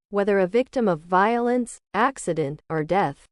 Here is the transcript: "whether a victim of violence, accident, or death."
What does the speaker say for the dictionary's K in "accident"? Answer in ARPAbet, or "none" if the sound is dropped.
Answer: K